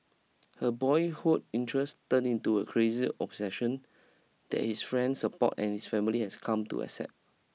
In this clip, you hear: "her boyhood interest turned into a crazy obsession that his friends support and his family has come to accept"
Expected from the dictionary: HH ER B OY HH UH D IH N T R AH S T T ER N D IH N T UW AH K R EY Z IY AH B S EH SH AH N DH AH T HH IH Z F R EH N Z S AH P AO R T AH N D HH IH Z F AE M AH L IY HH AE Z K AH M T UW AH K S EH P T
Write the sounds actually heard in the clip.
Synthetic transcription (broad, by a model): HH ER B OY HH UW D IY N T R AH S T T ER N IH N T UW AH K R EY Z IY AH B S EH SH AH N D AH T HH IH S F R EH N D S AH P AO T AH N HH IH S F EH M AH L IY HH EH S K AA M T UW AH S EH T